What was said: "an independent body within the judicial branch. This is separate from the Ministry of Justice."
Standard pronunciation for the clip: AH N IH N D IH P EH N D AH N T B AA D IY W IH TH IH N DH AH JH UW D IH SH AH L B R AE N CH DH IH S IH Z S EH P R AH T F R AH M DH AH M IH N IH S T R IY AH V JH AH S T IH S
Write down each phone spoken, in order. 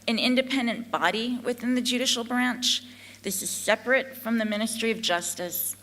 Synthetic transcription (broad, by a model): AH N IH N D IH P EH N D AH N B AA D IY W IH TH IH N DH AH JH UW D IH SH L B R AE N CH DH IH S IH Z S EH P R AH T F R AH M DH AH M IH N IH S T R IY AH V JH AH S T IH S